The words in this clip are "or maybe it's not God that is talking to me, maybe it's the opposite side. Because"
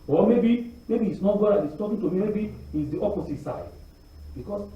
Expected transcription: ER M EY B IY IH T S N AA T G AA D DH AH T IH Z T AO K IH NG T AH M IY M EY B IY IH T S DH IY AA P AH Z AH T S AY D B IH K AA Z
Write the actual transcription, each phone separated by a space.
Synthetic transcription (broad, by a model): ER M EY B IY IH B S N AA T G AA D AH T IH S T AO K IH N T AH M IY M EY B IY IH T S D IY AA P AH S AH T S AY D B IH K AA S